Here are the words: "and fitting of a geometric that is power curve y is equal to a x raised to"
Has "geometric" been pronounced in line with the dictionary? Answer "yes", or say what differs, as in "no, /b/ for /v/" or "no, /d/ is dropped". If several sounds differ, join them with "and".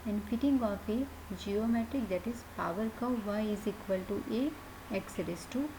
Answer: yes